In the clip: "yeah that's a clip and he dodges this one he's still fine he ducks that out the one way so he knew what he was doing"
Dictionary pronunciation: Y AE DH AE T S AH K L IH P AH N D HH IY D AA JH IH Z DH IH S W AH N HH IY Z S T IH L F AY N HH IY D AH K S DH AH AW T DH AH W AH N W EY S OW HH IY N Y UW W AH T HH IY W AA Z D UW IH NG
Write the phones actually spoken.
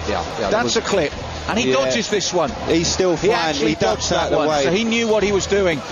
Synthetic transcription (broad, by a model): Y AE DH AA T S AH K L IH P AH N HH IY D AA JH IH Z DH IH S W AH N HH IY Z S T IH L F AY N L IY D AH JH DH DH AH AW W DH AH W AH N W EY S OW HH IY N Y UW W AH T HH IY W AA Z D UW IH NG